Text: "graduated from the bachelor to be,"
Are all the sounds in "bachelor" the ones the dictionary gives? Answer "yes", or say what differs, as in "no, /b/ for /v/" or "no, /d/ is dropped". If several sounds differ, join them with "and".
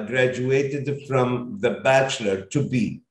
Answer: yes